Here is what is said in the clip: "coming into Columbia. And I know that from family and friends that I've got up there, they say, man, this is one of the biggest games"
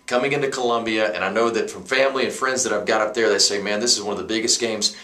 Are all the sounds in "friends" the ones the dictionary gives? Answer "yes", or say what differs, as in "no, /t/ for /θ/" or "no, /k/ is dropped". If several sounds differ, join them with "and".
yes